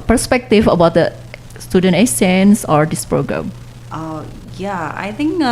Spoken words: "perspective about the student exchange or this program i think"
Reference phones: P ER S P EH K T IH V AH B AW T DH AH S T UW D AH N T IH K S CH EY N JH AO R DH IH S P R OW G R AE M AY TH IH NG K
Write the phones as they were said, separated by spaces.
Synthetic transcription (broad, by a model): P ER S P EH K T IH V AH B AW T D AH S T UW D AH N T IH S EY N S AO R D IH S P R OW G R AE M AY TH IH NG K